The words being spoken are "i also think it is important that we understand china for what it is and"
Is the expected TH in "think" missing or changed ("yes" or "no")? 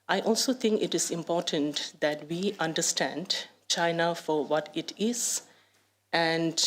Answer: yes